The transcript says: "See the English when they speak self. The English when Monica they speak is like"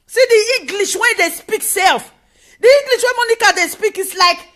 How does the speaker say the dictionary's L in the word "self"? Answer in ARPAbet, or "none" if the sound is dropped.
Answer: L